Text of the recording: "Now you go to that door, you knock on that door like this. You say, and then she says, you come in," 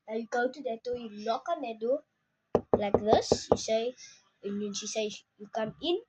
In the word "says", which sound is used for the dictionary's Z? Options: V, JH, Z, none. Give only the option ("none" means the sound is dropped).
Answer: none